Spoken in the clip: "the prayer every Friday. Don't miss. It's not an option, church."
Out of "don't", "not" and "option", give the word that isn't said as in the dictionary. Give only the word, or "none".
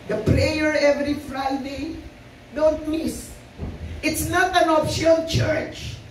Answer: option